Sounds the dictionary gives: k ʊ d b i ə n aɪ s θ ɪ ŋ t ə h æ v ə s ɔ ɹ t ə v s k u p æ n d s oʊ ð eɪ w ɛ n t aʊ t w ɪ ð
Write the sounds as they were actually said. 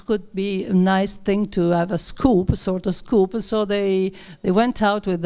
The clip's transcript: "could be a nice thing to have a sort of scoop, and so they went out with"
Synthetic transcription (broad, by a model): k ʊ d b i ə n aɪ s θ ɪ ŋ t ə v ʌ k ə s ɔ ɹ t ə v s k u p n s oʊ ð eɪ w ɛ n t aʊ t w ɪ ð